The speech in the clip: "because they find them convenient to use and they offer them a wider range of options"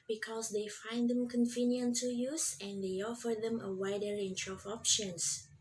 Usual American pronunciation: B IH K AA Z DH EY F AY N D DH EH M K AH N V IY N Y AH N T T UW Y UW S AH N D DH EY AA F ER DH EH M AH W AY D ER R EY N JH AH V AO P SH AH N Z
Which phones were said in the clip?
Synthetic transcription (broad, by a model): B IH K AA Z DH EY F AY N D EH M K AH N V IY N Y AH N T T UW Y UW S AH N D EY AA F ER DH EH M AH W AY D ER R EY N CH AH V AO P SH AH N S